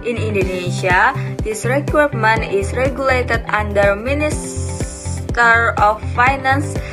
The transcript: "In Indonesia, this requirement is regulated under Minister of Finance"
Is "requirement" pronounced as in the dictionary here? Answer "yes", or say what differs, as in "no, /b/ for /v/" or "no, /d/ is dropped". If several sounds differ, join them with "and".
no, /t/ is dropped